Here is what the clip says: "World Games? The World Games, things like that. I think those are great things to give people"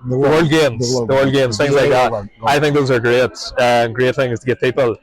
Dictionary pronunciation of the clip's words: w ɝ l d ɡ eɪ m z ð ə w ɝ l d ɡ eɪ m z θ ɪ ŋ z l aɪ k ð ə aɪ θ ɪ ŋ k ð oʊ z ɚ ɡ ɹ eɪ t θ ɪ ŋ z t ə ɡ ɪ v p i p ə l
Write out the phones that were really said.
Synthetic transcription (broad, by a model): w ɝ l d ɡ eɪ m z ð ə w ɝ l d ɡ eɪ m z θ ɪ ŋ z l aɪ k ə aɪ θ ɪ ŋ k ð oʊ z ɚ ɡ ɹ eɪ t θ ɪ ŋ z t ə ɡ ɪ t p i p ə l